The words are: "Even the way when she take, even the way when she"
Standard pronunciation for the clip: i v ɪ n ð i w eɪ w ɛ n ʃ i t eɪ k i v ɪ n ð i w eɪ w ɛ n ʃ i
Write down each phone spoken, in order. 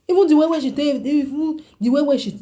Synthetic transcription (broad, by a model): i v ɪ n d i w eɪ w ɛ ʃ i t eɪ i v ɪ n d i w eɪ w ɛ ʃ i